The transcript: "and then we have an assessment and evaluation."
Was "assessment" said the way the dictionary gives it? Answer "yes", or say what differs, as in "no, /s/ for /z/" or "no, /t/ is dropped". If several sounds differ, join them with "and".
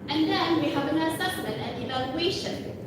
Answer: no, /t/ is dropped